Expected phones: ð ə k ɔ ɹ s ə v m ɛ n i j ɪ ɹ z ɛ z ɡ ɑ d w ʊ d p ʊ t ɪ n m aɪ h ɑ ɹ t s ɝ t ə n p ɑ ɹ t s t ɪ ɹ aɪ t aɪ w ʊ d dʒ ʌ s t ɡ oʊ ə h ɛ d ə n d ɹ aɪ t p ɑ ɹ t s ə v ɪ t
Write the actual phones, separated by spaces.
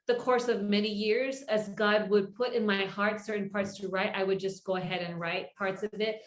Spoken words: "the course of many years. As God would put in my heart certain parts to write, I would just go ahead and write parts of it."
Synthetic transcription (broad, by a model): ð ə k ɔ ɹ s ə v m ɛ n i j ɪ ɹ z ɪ z ɡ ɑ d w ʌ d p ʊ t ɪ n m aɪ h ɑ ɹ t s ɝ t n p ɑ ɹ t s t ɪ ɹ aɪ t aɪ w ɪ d dʒ ʌ s ɡ oʊ ə h ɛ d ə n ɹ aɪ t p ɑ ɹ t s ə v ɪ t